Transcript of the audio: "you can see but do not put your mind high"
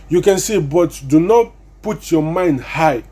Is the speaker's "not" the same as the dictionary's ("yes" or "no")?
yes